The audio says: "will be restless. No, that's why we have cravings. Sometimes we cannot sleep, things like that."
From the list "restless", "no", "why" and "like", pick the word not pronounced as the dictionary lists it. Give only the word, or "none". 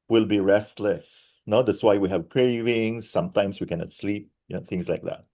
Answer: none